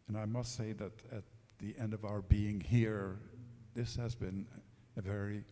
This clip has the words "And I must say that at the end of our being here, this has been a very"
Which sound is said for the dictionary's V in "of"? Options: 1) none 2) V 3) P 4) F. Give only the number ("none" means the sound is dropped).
2